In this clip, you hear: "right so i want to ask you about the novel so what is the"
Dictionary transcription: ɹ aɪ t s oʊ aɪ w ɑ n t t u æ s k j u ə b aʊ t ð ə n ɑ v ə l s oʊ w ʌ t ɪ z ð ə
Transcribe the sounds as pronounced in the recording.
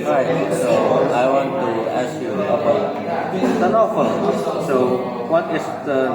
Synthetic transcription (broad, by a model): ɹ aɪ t s oʊ aɪ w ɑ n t t u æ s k j u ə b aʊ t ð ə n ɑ f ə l s oʊ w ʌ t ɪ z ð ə